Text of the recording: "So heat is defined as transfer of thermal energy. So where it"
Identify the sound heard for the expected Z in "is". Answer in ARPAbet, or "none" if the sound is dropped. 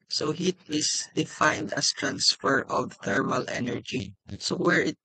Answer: S